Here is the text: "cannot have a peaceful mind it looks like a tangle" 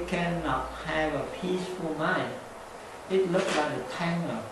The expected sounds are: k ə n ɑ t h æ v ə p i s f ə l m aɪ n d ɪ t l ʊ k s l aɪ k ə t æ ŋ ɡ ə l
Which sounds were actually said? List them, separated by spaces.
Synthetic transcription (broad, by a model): k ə n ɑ t h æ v ə p i s f ə l m aɪ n ɪ t l ʊ k s l aɪ k ə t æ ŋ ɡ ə